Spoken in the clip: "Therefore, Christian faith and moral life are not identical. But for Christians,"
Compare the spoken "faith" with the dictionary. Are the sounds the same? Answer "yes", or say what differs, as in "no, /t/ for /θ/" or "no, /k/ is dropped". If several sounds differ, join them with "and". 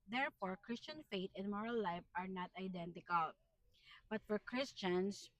no, /t/ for /θ/